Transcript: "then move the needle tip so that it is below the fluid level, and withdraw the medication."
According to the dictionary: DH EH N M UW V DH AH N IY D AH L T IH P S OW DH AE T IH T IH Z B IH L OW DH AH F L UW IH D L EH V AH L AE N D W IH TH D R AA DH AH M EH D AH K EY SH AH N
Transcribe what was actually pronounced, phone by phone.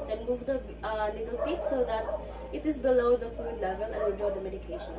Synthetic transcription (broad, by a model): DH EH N M UW V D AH L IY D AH L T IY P S OW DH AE T IH T IH Z B IH L OW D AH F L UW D L EH V AH L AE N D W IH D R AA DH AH M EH D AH K EY SH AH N